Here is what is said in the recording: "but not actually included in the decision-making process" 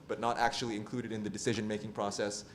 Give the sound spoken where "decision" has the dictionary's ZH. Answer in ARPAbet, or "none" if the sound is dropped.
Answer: ZH